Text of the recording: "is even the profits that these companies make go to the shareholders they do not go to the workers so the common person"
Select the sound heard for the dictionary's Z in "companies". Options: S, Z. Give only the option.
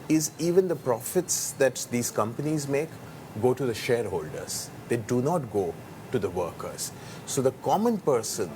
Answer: Z